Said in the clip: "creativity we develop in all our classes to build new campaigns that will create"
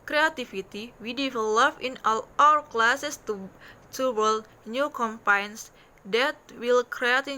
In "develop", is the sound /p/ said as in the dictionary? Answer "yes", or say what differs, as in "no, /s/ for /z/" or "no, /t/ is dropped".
no, /f/ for /p/